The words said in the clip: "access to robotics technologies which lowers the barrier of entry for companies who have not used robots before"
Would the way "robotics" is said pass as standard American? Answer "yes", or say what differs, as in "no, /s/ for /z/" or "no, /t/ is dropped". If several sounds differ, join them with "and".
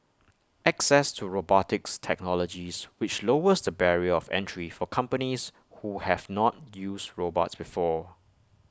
yes